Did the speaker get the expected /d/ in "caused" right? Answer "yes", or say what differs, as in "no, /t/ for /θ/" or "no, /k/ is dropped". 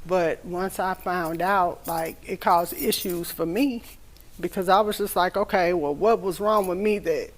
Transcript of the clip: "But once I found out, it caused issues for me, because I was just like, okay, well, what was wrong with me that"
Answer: no, /d/ is dropped